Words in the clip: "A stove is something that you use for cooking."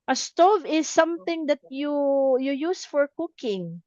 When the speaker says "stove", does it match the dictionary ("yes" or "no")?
yes